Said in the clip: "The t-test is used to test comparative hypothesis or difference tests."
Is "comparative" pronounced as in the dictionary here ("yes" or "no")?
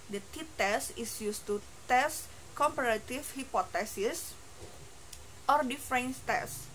no